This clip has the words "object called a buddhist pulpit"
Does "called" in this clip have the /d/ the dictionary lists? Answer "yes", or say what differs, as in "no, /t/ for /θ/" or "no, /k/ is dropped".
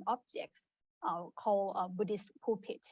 no, /d/ is dropped